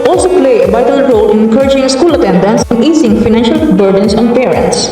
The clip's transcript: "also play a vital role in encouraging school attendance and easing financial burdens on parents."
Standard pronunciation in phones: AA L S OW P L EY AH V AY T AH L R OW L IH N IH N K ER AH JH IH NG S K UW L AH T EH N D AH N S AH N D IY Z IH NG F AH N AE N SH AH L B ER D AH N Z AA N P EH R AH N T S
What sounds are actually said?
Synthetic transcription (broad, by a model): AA L S OW P L EY AH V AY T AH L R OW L IH N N K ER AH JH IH NG S K UW L AH T EH N D AH N S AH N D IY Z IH NG F AH N AE N SH AH L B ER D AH N S AA N P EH R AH N T S